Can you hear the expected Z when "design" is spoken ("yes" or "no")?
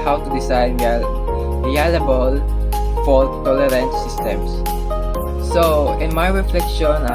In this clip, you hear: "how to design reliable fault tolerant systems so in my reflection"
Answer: no